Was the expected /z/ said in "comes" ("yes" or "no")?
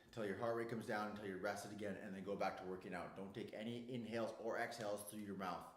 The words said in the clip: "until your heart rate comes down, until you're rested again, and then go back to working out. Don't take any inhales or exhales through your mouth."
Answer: yes